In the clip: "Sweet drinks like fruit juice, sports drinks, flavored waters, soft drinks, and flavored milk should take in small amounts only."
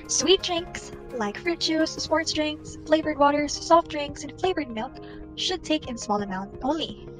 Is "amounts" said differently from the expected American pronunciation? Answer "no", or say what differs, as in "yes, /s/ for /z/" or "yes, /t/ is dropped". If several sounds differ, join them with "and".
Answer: yes, /s/ is dropped